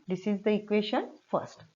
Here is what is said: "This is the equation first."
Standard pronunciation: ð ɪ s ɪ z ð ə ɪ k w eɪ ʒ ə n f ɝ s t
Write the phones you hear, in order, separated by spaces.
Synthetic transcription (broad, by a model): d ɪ s ɪ z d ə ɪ k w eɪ ʃ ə n f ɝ s t